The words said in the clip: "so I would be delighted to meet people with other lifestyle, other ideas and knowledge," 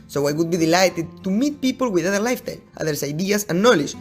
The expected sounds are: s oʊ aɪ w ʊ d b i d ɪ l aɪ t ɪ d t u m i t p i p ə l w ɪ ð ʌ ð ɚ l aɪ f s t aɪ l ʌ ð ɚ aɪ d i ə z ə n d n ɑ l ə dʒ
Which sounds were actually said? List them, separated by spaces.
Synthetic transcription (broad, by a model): s oʊ aɪ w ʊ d b i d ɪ l aɪ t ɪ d t u m i t p i p ə l w ɪ ð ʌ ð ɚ l aɪ f t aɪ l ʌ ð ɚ aɪ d i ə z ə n n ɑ l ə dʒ